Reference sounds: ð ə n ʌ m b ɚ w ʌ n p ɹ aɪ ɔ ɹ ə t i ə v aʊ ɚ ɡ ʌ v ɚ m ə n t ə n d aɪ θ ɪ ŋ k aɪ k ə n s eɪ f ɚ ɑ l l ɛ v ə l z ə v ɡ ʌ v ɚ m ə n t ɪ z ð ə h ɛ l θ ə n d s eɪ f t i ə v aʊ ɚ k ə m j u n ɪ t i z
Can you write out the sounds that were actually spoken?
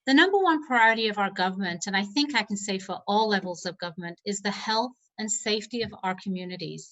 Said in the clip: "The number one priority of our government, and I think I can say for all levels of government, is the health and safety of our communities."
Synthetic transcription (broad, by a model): ð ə n ʌ m b ɚ w ʌ n p ɹ aɪ ɔ ɹ ə t i ə v aʊ ɚ ɡ ʌ v ɚ m ə n t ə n aɪ θ ɪ ŋ k aɪ k n s eɪ f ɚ ɑ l l ɛ v l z ə v ɡ ʌ v ɚ m ə n t ɪ z ð ə h ɛ l θ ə n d s eɪ f t i ə v aʊ ɚ k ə m j u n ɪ t i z